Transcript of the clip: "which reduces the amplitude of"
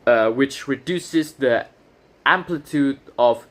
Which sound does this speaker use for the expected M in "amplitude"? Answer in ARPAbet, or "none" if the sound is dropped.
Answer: M